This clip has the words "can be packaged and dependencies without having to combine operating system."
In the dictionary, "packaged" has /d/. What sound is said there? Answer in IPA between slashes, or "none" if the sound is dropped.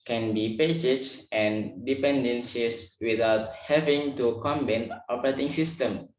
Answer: none